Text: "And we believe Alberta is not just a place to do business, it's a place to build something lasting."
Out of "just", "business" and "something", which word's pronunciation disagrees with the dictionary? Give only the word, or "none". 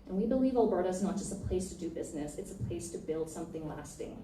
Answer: none